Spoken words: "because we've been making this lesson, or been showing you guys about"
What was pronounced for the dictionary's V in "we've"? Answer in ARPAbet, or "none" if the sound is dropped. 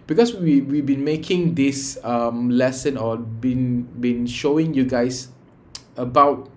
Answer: W